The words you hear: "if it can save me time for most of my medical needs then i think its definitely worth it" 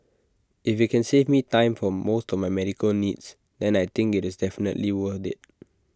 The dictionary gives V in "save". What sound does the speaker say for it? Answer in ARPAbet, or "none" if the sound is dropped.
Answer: V